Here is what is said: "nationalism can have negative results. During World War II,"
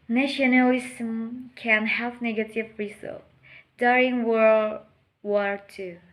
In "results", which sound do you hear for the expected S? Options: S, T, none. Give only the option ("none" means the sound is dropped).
none